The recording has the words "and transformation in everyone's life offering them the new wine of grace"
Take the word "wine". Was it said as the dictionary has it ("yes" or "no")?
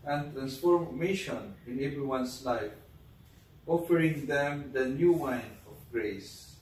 yes